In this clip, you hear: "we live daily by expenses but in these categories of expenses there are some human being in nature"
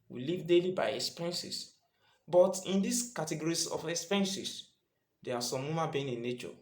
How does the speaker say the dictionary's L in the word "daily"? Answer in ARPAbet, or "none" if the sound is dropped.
L